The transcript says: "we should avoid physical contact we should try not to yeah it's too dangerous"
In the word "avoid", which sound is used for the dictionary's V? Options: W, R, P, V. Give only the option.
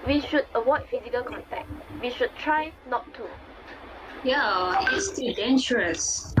W